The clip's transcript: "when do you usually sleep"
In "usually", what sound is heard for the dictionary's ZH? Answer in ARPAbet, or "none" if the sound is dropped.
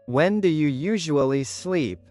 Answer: ZH